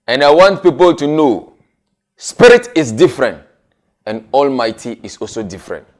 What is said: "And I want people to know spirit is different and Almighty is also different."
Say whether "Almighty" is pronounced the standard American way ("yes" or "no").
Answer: yes